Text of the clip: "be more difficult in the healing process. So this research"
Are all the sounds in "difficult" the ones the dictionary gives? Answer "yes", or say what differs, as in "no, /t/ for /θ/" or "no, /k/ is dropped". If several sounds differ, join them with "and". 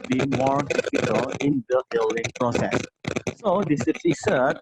no, /t/ is dropped